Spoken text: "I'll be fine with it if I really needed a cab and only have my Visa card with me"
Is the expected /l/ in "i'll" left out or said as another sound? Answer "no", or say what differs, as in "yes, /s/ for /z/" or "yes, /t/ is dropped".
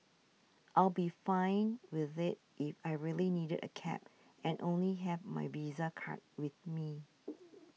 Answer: no